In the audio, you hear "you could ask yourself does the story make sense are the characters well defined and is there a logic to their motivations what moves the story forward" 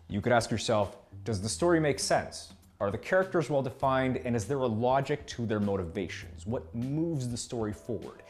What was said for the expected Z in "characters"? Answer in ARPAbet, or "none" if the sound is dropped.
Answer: Z